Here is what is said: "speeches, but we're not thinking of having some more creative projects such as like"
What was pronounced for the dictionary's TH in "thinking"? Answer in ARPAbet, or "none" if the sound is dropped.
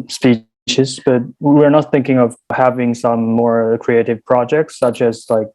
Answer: TH